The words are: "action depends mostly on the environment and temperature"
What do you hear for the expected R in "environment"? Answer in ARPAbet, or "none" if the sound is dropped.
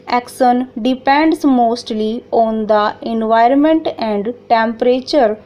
R